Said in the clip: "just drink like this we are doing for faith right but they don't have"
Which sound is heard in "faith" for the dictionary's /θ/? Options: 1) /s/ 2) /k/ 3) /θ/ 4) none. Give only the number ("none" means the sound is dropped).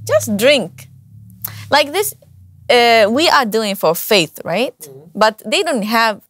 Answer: 3